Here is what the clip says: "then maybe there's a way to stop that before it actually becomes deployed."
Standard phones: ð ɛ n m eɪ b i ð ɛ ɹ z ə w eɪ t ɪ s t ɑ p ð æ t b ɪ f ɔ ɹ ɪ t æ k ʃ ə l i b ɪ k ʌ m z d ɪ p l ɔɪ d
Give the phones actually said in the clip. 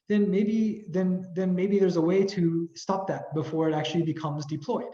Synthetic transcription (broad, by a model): ð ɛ n m eɪ b i ð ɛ ɹ z ə w eɪ t ɪ s t ɑ p ð æ t b ɪ f ɔ ɹ ɪ t æ k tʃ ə l i b ɪ k ʌ m z d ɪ p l ɔɪ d